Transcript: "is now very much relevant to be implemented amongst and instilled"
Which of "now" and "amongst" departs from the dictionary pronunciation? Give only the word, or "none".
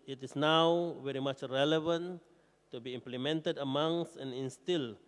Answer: amongst